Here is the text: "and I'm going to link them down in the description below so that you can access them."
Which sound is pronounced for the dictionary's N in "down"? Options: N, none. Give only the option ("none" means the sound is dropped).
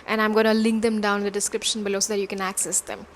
none